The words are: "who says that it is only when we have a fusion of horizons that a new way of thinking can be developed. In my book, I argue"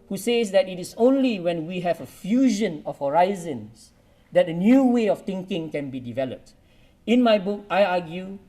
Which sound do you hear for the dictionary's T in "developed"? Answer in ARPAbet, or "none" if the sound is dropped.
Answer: T